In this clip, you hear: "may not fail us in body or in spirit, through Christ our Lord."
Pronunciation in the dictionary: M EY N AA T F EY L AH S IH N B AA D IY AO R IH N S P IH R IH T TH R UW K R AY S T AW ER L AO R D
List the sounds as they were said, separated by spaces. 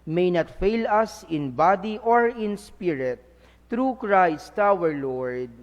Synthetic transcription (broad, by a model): M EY N AA T F EY L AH S IH N B AA D IY AO R IH N S P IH R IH T R UW K R AY S T AW ER L AO R D